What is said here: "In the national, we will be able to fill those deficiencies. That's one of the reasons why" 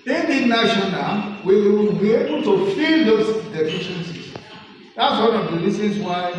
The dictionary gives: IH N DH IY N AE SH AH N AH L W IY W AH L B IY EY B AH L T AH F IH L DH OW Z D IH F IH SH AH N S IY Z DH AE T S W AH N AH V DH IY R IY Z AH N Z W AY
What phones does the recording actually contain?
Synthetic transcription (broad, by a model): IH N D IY N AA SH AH N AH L W IY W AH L B IY EY B AH L T AH F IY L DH OW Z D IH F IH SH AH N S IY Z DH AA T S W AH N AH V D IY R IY S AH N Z W AY